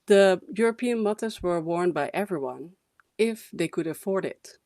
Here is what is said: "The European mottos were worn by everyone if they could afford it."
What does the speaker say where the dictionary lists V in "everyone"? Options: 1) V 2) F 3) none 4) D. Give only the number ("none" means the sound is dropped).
1